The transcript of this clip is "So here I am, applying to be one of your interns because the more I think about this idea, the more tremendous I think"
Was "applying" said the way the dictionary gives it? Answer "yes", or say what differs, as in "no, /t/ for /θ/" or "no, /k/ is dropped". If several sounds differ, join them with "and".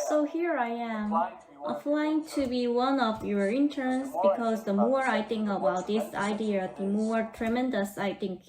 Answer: no, /f/ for /p/